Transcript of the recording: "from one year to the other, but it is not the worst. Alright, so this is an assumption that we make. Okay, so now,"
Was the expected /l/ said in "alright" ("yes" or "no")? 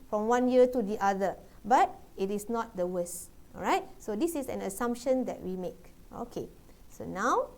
no